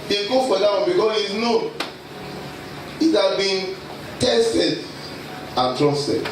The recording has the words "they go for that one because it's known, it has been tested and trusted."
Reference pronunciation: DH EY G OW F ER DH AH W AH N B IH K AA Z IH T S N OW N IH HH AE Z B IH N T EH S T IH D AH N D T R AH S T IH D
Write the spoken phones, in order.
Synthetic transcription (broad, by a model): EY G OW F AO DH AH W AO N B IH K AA S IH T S N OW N IH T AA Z B IH N T EH S T IH D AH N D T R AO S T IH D